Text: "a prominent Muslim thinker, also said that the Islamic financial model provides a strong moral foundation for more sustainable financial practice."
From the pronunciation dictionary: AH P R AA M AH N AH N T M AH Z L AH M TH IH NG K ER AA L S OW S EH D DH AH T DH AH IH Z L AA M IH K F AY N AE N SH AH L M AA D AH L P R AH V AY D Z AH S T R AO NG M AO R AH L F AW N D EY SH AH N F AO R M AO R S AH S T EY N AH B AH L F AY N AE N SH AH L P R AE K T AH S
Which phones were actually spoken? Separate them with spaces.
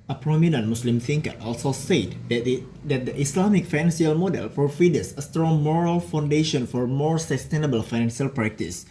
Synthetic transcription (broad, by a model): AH P R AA M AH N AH N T M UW S L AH M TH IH NG K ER AA L S OW S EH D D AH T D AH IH S L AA M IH K F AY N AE N S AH L M AA D AH L F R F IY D S AH S T R AO NG M AO R AH L F AW N D EY SH AH N F AO R M AO R S AH S T EY N AH B AH L F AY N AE N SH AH L P R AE K T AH S